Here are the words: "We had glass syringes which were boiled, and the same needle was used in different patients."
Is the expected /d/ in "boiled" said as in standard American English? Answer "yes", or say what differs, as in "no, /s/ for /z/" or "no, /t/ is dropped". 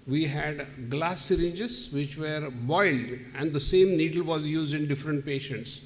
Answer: yes